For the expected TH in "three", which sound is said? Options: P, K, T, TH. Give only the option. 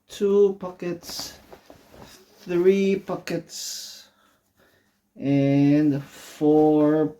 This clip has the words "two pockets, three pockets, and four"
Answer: TH